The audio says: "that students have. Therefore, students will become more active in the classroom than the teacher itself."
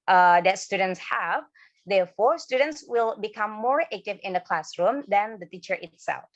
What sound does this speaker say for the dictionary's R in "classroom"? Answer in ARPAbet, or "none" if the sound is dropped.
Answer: R